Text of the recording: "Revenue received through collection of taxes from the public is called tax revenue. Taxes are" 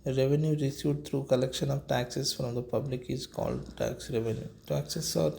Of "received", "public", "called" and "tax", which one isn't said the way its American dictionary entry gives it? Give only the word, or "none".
received